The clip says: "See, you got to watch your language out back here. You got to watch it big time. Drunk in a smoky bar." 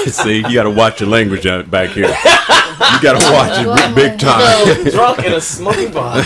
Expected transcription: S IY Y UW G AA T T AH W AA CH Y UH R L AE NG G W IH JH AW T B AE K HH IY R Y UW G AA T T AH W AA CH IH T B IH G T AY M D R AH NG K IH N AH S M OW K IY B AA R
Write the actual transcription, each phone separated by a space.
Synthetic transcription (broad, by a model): S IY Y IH G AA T T AH W AA CH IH L AE NG G W IH JH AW B AE K HH IY R Y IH G AA T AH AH W AA CH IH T B IH G T AY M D R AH K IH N AH S M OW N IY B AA